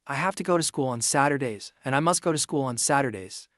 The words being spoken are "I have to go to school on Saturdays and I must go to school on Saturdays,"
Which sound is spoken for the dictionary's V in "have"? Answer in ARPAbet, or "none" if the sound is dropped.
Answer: F